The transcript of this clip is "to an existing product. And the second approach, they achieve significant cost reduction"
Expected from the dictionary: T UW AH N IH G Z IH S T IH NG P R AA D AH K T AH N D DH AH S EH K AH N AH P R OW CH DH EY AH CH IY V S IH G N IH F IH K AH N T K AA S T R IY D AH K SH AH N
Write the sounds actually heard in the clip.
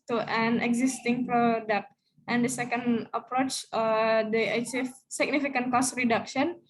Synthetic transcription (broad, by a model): T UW AH N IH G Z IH S T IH NG P R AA D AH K T AH N D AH S EH K AH N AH P R OW CH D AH S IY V S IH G N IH F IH K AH N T K AA S T R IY D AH K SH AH N